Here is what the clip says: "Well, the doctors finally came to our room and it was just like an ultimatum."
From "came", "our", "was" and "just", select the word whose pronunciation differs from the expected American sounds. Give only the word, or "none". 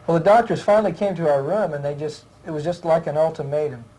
none